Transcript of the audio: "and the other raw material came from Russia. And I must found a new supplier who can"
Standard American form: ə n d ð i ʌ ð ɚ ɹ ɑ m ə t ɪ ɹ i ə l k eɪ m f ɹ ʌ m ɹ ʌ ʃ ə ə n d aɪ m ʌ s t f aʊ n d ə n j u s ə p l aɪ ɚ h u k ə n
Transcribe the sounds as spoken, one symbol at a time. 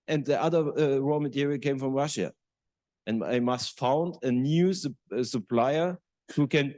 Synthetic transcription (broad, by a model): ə n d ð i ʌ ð ɚ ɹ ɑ m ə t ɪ ɹ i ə k eɪ m f ɹ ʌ m ɹ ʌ ʃ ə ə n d aɪ m ʌ s t f aʊ n d ə n j u s ə p l aɪ ɚ h u k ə n